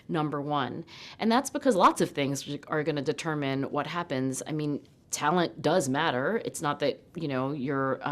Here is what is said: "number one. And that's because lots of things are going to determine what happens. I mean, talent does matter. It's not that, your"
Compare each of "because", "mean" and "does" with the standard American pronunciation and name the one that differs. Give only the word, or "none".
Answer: none